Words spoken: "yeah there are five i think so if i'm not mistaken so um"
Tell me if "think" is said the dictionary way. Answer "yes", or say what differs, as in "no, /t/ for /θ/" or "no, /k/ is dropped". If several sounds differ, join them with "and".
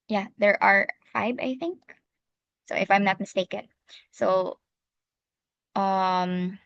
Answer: yes